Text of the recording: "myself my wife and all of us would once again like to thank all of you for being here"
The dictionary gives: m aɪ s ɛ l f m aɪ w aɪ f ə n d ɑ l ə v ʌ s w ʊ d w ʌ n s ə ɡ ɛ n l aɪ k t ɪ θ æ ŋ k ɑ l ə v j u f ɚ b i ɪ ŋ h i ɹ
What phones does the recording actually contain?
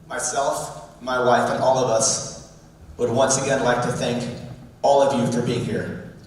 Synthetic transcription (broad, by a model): m aɪ s ɛ l f m aɪ w aɪ f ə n ɑ l ə v ʌ s w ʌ d w ʌ n s ə ɡ ɛ n l aɪ k t ɪ θ æ ŋ k ɑ l ə v j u f ɚ b i ɪ ŋ h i ɹ